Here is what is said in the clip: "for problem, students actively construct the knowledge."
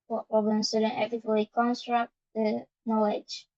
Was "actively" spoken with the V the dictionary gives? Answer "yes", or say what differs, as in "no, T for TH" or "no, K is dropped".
no, V is dropped